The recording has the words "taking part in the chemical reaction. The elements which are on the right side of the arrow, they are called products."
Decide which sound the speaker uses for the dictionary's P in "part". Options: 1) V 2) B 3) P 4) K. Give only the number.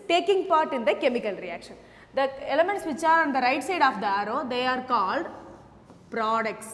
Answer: 3